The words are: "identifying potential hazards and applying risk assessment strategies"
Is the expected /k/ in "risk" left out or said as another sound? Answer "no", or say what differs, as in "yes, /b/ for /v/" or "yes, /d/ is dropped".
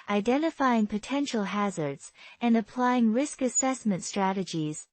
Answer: no